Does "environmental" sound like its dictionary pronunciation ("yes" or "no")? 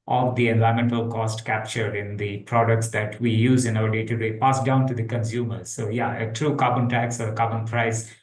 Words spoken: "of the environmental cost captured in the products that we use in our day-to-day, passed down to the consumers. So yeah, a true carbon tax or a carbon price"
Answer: no